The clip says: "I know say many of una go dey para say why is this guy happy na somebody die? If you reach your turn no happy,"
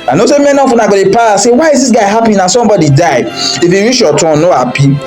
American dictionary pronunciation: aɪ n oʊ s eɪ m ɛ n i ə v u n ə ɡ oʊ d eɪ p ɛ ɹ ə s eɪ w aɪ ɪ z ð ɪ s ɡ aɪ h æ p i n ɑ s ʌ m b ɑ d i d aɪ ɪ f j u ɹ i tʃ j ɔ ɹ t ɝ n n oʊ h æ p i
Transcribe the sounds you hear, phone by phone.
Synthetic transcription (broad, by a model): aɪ n oʊ s eɪ m ɛ n i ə f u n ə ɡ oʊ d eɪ p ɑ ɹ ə s eɪ w aɪ ɪ z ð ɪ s ɡ aɪ h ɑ p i n ɑ s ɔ m b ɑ d i d aɪ ɪ f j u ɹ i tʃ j ɔ t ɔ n n oʊ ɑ p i